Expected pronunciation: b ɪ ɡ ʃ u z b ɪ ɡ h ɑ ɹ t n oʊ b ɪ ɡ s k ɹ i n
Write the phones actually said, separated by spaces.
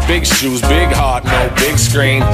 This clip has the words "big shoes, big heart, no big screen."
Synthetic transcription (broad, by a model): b ɪ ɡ ʃ u z b ɪ ɡ h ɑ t n oʊ b ɪ ɡ s k ɹ i n